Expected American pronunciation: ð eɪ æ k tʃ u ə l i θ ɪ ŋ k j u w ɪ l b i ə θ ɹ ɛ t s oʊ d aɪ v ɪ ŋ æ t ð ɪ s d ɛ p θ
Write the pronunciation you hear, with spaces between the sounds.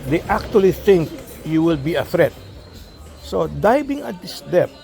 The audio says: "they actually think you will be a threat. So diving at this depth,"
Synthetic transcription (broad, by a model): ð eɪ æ k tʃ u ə l i θ ɪ ŋ k j u w ɪ l b i ə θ ɹ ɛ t s oʊ d aɪ b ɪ ŋ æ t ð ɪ s d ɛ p